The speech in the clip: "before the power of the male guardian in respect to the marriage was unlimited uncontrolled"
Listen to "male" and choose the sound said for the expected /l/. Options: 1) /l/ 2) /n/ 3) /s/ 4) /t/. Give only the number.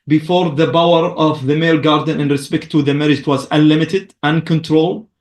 1